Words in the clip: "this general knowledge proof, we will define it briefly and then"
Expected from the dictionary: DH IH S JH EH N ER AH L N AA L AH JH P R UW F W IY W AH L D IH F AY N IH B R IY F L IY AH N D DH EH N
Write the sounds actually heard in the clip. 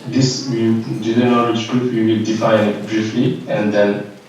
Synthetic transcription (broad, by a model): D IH S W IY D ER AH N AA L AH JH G R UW P W IY W AH L D IH F AY N B R IY F L IY AH N D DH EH N